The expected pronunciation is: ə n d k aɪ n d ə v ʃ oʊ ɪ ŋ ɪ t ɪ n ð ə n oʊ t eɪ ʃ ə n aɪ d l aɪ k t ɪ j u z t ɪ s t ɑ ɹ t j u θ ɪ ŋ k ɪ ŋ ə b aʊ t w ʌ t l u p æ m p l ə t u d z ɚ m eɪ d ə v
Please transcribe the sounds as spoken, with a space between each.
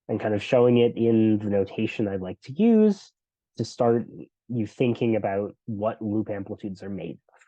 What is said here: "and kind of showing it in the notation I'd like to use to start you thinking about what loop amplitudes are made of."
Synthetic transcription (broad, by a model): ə n k aɪ n d ə v ʃ oʊ ɪ ŋ ɪ t ɪ n ð ə n oʊ t eɪ ʃ ə n aɪ d l aɪ k t ɪ j u z t ɪ s t ɑ ɹ t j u θ ɪ ŋ k ɪ ŋ ə b aʊ t w ʌ t l u p æ m p l ə t u d z ɚ m eɪ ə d